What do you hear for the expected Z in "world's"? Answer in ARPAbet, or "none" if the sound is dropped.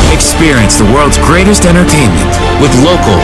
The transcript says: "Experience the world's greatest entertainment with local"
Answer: Z